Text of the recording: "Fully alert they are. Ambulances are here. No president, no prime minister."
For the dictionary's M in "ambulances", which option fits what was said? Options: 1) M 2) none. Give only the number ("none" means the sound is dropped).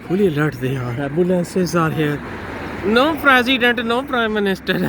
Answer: 2